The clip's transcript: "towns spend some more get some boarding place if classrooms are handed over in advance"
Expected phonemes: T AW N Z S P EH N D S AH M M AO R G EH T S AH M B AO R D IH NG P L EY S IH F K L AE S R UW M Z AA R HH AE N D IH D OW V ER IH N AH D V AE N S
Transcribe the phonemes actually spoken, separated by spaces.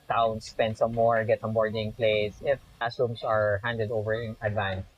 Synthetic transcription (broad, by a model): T AW N S P EH N D S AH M M AO R G EH T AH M B AO R D IH NG P L EY S IH F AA S UW M S AA R HH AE N D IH D OW V ER IH N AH D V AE N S